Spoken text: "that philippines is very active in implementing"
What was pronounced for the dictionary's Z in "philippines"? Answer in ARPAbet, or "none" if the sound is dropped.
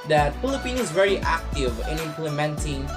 none